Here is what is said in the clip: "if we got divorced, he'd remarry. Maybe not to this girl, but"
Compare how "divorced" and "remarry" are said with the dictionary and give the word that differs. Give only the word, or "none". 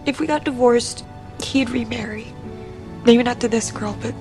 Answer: none